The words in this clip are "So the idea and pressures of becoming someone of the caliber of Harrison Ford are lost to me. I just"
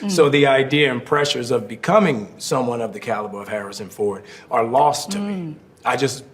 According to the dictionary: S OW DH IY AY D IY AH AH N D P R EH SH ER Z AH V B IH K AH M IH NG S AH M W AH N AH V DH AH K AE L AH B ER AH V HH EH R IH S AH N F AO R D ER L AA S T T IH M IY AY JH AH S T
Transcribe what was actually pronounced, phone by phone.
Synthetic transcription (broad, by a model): S OW DH IY AY D IY AH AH N P R EH SH ER Z AH V B IH K AH M IH NG S AH M W AH N AH V DH AH K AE L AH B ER AH V HH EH R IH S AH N F AO R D ER L AA S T T IH M IY AY JH AH S T